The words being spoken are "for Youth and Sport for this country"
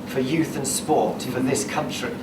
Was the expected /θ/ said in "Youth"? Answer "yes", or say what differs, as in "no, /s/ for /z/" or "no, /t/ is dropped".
yes